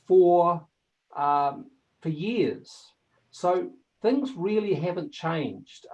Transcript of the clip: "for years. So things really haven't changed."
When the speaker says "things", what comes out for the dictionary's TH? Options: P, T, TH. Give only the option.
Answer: TH